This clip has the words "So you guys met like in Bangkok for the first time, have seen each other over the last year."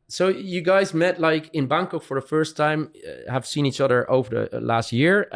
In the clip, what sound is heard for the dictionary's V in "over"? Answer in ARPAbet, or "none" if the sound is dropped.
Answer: V